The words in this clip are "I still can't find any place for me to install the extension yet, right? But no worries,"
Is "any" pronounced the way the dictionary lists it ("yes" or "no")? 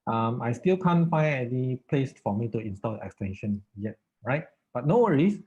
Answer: no